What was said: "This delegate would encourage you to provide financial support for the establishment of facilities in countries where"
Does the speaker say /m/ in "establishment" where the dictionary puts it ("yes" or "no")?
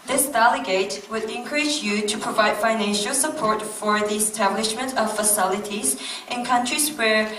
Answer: yes